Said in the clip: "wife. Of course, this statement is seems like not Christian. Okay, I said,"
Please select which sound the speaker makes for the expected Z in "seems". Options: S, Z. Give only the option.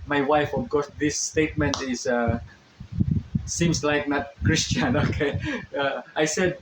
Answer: S